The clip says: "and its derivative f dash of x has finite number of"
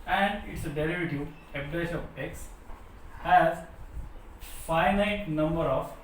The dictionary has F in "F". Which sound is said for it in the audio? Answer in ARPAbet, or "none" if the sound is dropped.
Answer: P